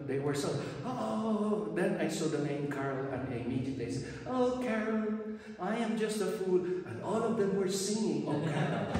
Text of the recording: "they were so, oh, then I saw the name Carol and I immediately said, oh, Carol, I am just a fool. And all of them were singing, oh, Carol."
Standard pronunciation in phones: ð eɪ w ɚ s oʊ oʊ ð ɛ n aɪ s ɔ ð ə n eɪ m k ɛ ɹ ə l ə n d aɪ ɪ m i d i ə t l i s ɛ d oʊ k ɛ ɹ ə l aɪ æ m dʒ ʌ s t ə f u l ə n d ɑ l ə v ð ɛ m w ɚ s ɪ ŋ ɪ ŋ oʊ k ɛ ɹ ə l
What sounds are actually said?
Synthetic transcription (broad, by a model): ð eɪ w ɚ s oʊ oʊ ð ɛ n aɪ s ɔ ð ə n eɪ m k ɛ ɹ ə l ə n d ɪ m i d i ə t l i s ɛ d oʊ k ɛ ɹ ə l aɪ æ m dʒ ʌ s t ə f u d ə n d ɑ l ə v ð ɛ m w ɚ s ɪ ŋ ɪ ŋ oʊ k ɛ ɹ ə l